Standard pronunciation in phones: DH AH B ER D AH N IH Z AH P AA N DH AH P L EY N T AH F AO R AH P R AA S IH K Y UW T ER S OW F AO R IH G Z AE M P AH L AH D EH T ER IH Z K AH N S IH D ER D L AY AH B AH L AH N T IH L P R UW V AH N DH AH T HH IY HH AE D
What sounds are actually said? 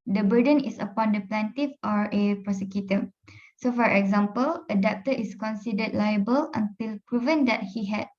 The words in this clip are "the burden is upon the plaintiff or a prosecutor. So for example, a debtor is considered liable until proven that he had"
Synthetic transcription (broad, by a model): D AH B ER D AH N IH S AH P AA N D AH P L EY N T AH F AO R AH P R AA S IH K Y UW T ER S OW F AO R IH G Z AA M P AH L AH D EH T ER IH S K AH N S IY D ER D L AY AH B AH L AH N T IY L P R UW V AH N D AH T HH IY HH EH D